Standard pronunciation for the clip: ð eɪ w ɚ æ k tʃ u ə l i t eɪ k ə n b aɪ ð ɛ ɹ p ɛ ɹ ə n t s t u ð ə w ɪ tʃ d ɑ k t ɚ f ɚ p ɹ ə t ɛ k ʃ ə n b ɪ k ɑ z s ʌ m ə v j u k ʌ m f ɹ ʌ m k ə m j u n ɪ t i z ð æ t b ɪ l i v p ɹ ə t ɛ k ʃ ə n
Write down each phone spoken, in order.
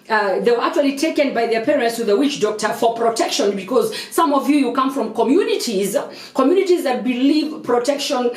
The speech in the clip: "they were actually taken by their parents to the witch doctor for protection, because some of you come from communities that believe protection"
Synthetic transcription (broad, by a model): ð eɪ w ɚ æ k tʃ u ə l i t eɪ k ə n b aɪ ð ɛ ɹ p ɛ ɹ ə n t s t u ð ə w ɪ tʃ d ɑ k t ɚ f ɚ p ɹ ə t ɛ k ʃ ə n b ɪ k ɑ z s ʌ m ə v j u k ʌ m f ɹ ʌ m k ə m j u n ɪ t i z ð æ t b ɪ l i v p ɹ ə t ɛ k ʃ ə n